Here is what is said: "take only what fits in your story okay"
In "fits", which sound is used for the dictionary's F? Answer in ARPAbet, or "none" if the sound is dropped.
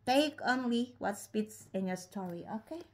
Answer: P